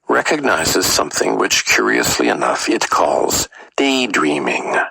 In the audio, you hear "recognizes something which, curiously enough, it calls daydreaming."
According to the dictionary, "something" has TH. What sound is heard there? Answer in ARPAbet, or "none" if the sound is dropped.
TH